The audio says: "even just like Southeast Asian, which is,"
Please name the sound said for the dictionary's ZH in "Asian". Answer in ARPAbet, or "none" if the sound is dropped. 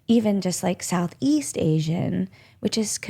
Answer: ZH